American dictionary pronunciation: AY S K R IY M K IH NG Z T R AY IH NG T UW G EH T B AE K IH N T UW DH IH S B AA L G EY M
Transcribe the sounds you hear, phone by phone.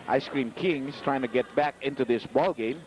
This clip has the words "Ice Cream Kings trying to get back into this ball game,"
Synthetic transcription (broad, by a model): AY S K R IY M K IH NG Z T R AY IH NG T UW G EH T B AE K IH N T UW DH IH S B AA L G EY M